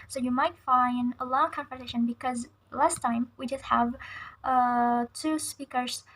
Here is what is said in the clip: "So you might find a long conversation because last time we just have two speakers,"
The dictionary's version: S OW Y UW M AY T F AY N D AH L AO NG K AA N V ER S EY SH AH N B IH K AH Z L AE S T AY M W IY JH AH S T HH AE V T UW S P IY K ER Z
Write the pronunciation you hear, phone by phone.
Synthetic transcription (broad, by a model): S OW Y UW M AY T F AY N D AH L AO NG K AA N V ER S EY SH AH N B IH K AH Z L AE S T AY M W IY JH AH S T HH AE V T UW S P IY K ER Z